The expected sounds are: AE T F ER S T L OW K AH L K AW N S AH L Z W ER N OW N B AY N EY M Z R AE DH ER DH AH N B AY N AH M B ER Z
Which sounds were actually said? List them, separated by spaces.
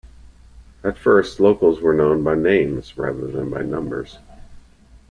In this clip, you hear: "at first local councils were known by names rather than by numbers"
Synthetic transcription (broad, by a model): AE T F ER S T L OW AH K L Z W ER N OW N B AY N EY M Z R AE DH ER DH AH N B AY N AH M B ER Z